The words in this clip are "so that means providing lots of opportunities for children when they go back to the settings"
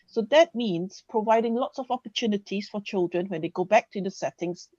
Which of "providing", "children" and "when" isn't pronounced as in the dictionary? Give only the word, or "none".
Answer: none